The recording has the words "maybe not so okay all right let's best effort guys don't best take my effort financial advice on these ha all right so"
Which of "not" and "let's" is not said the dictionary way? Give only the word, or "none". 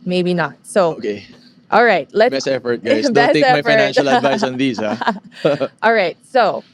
let's